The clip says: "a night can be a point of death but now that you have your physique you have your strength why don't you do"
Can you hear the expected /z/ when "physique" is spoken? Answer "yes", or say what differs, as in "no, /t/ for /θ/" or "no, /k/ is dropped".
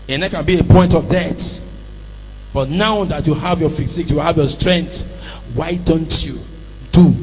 no, /s/ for /z/